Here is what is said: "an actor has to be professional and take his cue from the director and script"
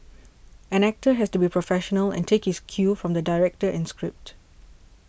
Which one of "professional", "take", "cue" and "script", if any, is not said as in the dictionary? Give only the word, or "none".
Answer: none